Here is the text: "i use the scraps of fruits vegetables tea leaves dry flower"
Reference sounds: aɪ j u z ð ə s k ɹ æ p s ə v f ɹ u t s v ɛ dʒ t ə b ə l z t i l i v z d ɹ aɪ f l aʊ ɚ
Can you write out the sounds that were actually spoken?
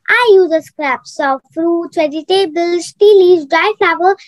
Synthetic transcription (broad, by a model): aɪ j u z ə s k ɹ æ p s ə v f ɹ u t s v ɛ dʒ t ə b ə l s t i l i z d ɹ aɪ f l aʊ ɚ